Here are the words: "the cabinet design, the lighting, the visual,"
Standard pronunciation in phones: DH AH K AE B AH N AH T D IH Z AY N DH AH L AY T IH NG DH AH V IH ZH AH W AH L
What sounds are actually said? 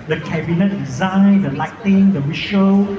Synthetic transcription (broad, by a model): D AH K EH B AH N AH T D IH Z AY N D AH L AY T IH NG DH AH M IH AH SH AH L